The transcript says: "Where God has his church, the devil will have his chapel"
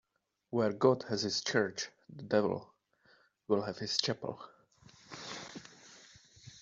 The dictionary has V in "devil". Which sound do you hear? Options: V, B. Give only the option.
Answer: V